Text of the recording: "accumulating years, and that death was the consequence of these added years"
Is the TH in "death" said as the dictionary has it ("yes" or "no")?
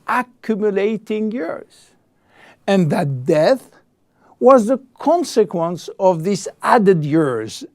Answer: yes